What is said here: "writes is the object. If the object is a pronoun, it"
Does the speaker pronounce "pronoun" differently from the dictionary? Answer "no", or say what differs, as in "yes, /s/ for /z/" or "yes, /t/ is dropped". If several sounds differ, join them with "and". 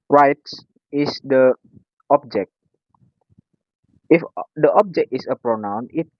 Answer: no